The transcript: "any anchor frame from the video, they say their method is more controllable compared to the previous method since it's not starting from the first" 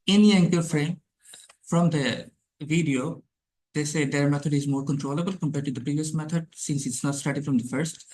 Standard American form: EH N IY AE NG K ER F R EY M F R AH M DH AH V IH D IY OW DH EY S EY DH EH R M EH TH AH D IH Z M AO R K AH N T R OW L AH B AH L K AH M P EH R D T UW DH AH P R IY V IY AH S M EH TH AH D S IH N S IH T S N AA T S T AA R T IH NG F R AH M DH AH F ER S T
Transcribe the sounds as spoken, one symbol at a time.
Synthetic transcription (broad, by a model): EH N IY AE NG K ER F R EY M F R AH M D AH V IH D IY OW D EY S EY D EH R M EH T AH D IH Z M AO R K AH N T R OW L AH B AH L K AH M P EH R D T UW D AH P R IY V IY AH S M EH T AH D S IH N S IH T S N AA T S T AA R T IH NG F R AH M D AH F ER S T